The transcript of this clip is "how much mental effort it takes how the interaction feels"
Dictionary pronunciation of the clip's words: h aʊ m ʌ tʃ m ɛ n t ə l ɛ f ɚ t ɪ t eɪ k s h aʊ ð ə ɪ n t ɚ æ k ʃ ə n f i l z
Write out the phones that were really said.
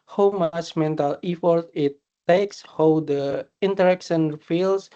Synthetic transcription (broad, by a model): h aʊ m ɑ s m ɛ n t ə l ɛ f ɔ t ɪ t eɪ k s h aʊ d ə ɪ n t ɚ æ k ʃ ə n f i l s